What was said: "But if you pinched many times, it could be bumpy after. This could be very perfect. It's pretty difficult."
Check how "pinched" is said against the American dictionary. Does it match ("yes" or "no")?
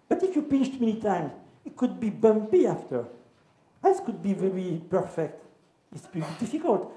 no